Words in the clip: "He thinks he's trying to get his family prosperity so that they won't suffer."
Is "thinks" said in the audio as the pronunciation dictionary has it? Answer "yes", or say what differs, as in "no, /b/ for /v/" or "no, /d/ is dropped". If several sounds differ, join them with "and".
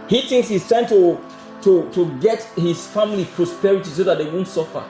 yes